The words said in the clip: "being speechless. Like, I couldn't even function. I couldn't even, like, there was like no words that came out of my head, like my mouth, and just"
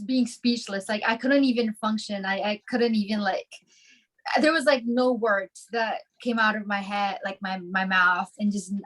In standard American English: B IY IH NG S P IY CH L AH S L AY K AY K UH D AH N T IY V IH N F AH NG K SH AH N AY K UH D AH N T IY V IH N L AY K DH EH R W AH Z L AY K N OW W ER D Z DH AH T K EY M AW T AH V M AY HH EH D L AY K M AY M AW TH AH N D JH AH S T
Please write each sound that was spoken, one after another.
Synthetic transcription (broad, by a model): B IY IH NG S P IY CH L AH S L AY K AY K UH D N T IY V IH N F AH NG K SH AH N AY K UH D N T IY V IH N L AY K DH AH R W AH Z L AY K N OW W ER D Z DH AH T K EY M AW T AH V M AY HH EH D L AY K M AY M AW TH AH N JH AH S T